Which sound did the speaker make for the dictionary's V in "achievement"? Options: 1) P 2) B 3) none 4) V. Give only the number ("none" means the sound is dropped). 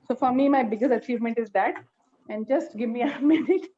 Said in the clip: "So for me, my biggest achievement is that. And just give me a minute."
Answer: 4